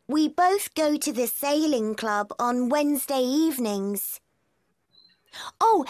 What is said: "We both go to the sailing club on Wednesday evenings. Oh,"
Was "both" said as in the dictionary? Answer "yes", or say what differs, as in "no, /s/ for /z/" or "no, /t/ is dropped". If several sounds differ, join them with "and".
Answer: yes